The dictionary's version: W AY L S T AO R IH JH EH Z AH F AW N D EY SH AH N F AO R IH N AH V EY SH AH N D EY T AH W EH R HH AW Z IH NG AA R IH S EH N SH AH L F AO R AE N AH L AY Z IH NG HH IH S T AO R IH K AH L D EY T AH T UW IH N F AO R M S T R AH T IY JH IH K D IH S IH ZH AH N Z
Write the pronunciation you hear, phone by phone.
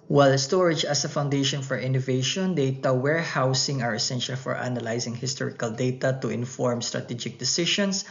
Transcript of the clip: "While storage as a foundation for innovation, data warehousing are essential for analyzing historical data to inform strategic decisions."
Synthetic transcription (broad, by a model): W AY L S T AO R IH JH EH S AH F AW N D EY SH AH N F AO R IH N AH V EY SH AH N D EY T AH W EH R HH AW S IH NG AA R IH S EH N SH AH L F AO R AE N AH L AY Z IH NG HH IH S T AO R IH K AH L D EY T AH T UW IH N F AO R M S T R AH T IY JH IH K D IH S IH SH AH N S